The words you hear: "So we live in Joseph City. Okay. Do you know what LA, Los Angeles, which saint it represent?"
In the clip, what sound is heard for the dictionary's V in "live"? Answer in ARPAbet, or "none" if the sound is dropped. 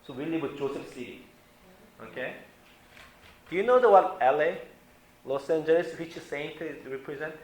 W